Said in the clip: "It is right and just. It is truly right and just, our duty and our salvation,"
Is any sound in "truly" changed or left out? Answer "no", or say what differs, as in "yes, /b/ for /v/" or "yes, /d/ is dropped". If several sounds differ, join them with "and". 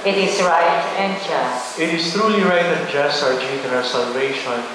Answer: no